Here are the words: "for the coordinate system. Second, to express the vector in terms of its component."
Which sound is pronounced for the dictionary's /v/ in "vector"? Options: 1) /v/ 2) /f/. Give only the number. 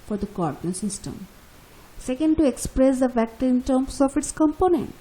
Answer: 2